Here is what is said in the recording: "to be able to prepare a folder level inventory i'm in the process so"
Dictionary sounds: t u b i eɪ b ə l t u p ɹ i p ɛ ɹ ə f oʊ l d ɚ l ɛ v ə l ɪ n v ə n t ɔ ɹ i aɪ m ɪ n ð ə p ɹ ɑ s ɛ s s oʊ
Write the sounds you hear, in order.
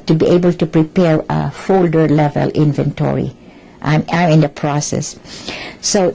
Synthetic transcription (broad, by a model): t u b i eɪ b ə l t u p ɹ i p ɛ ɹ ə f oʊ l d ɚ l ɛ v ə l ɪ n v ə n t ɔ ɹ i aɪ m ɪ n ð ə p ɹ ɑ s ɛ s s oʊ